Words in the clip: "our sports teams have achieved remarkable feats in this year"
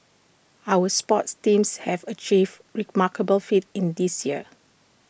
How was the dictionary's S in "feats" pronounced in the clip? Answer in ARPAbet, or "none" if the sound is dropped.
none